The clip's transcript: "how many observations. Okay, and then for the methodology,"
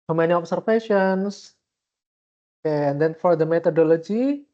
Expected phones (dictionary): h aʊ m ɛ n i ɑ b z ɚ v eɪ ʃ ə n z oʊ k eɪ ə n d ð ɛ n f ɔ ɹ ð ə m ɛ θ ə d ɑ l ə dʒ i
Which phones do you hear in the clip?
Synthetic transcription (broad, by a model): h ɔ m ɛ n i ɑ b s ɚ f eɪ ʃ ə n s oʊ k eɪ ə n d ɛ n f ɔ ɹ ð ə m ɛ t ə d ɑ l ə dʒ i